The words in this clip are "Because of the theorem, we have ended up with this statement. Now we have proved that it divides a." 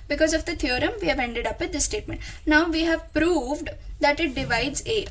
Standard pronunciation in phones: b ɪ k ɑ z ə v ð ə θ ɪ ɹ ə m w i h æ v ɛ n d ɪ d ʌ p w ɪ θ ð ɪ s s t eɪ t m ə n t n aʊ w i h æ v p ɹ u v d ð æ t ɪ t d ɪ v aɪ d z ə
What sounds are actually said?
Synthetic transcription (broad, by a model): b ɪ k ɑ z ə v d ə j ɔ ɹ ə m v i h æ v ɛ n d ɪ d ʌ p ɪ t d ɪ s s t eɪ t m ə n t n aʊ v i h æ v p ɹ u v d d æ t ɪ t d ɪ v aɪ d z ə